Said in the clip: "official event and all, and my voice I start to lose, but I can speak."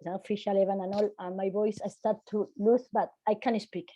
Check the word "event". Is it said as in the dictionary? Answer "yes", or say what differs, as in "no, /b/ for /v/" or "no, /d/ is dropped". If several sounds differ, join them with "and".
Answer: no, /t/ is dropped